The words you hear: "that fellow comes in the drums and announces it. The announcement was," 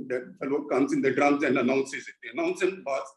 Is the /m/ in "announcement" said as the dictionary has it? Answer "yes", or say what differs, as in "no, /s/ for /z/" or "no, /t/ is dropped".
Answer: no, /m/ is dropped